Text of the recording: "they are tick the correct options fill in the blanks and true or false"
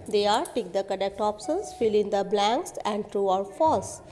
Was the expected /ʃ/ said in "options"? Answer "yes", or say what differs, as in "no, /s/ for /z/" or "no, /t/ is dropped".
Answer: no, /s/ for /ʃ/